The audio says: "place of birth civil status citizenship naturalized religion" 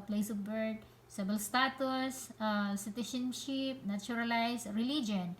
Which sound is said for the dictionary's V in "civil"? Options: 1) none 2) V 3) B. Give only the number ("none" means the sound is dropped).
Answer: 3